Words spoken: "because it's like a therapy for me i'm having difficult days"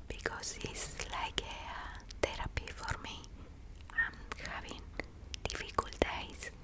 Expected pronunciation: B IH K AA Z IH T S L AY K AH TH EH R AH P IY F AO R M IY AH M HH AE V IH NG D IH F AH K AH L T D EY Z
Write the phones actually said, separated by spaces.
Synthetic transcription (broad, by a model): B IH K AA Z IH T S L AY K AH T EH R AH P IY F AO R M IY AH M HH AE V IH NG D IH F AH K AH L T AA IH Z